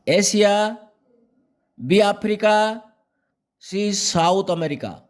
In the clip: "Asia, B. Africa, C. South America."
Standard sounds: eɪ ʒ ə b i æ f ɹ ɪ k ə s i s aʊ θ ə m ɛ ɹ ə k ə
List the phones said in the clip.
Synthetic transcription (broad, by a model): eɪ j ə b i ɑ p ɹ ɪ k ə s i s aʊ t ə m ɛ ɹ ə k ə